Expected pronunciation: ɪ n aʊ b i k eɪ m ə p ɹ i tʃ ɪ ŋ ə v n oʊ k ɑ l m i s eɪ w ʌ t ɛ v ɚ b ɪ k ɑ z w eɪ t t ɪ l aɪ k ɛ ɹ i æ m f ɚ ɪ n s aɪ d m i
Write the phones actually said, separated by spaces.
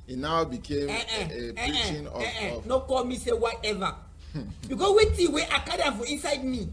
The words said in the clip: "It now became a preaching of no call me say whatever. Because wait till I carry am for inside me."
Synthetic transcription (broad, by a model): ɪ n aʊ b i k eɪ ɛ ə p i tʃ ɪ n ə n oʊ k ɑ l m i s eɪ w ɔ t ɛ v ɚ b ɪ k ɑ s w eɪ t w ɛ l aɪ k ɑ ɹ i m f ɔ ɪ n s aɪ d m i